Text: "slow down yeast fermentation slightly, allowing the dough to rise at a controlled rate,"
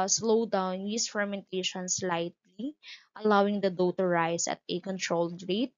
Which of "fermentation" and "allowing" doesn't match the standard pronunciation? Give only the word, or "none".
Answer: none